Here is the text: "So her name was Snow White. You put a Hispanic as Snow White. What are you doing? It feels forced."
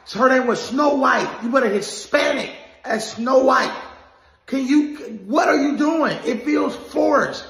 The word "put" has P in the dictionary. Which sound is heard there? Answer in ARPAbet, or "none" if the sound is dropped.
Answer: B